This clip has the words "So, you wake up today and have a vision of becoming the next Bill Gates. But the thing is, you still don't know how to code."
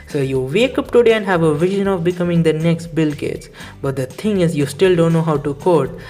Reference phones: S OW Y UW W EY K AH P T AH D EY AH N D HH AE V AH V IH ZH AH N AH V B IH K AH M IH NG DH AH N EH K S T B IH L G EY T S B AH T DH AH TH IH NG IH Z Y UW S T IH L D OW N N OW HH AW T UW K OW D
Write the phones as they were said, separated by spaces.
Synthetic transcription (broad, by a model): S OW Y UW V EY K AH P T AH D EY AH N D HH AE V AH V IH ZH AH N AH V B IH K AH M IH NG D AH N EH K S T B IH L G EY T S B AH T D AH T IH NG IH Z Y UW S T IH L D OW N N OW HH AW T UW K OW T